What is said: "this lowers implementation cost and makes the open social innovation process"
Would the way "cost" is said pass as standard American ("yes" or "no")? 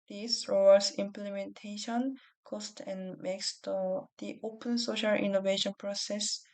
yes